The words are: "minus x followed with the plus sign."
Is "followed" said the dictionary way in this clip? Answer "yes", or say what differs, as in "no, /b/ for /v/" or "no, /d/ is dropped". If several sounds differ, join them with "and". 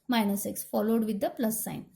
yes